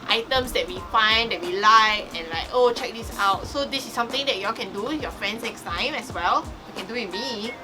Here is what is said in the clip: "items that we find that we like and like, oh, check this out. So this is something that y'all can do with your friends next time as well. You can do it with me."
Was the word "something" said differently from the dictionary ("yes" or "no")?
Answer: yes